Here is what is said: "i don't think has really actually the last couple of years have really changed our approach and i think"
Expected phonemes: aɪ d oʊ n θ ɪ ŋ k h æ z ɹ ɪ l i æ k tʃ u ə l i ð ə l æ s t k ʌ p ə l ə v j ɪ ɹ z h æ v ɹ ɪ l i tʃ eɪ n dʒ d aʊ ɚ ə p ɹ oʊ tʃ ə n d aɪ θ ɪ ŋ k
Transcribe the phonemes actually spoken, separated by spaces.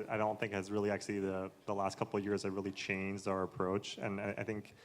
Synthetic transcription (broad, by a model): aɪ d oʊ n θ ɪ ŋ k h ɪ z ɹ ɪ l i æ k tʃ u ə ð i ð ə l æ s t k ʌ p l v j ɪ ɹ z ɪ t ɹ ɪ l i tʃ eɪ n dʒ d aʊ ɚ ə p ɹ oʊ tʃ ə n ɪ aɪ θ ɪ ŋ k